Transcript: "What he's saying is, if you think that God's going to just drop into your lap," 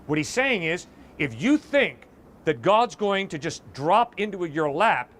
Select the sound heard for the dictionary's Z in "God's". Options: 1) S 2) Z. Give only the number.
2